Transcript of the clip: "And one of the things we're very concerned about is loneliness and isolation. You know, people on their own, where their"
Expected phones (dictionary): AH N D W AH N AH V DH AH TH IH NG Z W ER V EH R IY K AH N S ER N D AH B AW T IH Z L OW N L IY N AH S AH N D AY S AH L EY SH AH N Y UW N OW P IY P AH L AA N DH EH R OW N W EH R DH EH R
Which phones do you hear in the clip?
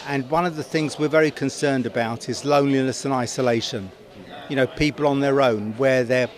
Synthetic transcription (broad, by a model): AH N W AH N AH V DH AH TH IH NG Z W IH V EH R IY K AH N S ER N D AH B AW T IH Z L OW N L IY N AH S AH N AY S AH L EY SH AH N Y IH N OW P IY P AH L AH N DH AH R OW N W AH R DH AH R